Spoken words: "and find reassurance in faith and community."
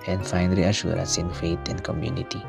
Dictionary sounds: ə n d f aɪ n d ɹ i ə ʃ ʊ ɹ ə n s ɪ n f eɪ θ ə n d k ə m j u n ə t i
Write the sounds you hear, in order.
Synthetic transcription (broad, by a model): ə n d f aɪ n d ɹ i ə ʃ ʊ ɹ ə n s ɪ n f eɪ t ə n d k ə m j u n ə t i